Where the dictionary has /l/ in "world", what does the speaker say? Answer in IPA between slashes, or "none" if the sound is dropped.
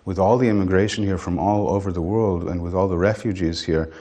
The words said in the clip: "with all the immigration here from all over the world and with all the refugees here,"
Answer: /l/